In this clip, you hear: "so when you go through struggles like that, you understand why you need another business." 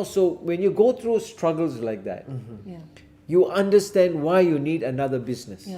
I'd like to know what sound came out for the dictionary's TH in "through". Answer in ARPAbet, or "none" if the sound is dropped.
T